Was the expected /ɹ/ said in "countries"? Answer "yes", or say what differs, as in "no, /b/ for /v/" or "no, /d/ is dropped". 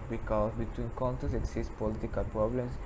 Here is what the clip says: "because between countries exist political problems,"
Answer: no, /ɹ/ is dropped